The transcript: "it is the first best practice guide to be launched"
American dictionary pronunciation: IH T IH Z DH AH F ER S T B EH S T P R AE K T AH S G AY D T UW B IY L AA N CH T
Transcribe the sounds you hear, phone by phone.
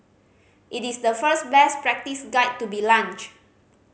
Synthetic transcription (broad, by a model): IH T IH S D AH F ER S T B EH S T P R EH K T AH S G AY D T UW B IY L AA N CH